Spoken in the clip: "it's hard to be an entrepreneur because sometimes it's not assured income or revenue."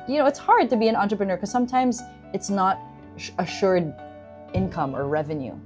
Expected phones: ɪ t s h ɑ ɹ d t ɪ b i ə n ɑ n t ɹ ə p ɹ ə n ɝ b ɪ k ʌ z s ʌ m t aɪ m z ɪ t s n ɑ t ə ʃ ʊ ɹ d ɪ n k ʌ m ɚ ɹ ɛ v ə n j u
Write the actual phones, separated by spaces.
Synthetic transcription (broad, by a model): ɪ t s h ɑ ɹ d t ɪ b i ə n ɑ n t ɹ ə p ɹ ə n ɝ k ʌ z s ʌ m t aɪ m z ɪ t s n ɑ t ə ʃ ʊ ɹ d ɪ n k ʌ m ɚ ɹ ɛ v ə n j u